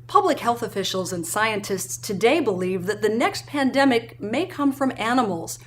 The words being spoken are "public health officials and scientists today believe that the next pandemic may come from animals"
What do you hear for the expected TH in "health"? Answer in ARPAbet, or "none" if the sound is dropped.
TH